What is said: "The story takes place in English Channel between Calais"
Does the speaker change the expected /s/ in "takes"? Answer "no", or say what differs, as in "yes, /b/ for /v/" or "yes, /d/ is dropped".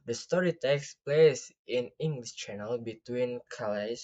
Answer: no